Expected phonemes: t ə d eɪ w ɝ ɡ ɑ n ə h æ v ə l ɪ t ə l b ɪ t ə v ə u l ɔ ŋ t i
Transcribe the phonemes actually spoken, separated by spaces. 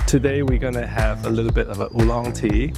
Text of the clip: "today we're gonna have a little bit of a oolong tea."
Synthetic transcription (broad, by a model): t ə d eɪ w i ɡ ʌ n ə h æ v ə l ɪ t l b ɪ t ə v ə u l ɔ ŋ t i